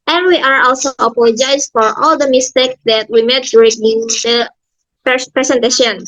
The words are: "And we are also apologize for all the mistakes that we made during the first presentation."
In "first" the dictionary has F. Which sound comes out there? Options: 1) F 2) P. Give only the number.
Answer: 2